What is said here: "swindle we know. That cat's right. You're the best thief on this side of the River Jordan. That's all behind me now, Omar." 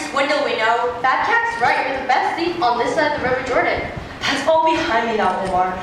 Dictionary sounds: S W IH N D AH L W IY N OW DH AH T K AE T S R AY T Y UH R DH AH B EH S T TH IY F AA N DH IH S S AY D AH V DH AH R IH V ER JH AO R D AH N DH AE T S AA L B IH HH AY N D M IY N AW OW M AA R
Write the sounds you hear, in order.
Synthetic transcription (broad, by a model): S W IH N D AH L W IY N OW DH AH T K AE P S R AY T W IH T DH AH B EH S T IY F N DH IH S S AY AH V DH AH R IH V ER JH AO R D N DH AE T S AA L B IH HH AY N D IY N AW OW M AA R